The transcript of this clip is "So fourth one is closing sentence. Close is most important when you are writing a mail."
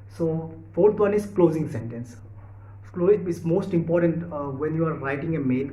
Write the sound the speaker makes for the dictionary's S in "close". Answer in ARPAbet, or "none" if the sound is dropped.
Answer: none